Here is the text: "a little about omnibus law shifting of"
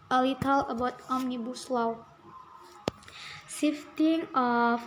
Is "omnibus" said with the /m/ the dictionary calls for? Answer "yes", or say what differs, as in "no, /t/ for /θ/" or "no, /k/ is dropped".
yes